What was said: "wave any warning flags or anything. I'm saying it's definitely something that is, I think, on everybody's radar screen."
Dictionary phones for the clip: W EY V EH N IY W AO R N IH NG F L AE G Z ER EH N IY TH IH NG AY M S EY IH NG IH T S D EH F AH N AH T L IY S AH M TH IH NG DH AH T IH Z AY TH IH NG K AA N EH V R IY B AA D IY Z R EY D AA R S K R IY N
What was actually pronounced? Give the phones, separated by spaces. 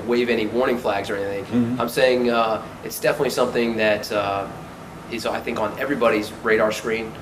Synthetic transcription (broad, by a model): W EY V EH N IY W AO R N IH NG F L AE G Z ER EH N IY TH IH NG AY M S EY IH NG IH T S D EH F AH N AH T L IY S AH M TH IH NG DH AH T IH Z AY TH IH NG K N EH V R IY B AA D IY Z R EY D AA R S K R IY N